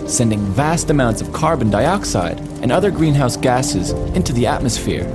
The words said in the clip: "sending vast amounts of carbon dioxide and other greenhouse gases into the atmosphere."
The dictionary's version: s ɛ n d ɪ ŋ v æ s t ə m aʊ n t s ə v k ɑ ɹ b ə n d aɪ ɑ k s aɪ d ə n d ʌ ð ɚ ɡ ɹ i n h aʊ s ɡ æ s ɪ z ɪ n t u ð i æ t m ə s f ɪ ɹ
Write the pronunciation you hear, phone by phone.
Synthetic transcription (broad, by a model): s ɛ n d ɪ ŋ v æ s t ə m aʊ n t s ə v k ɑ ɹ b ə n d aɪ ɑ k s aɪ d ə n ʌ ð ɚ ɡ ɹ i n h aʊ s ɡ æ s ɪ z ɪ n t u ð i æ t m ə s f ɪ ɹ